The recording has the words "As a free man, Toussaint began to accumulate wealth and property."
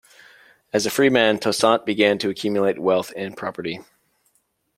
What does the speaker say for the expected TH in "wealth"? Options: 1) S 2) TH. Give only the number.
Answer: 2